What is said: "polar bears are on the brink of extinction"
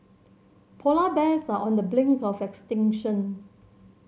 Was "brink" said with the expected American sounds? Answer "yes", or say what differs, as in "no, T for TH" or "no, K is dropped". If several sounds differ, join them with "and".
no, L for R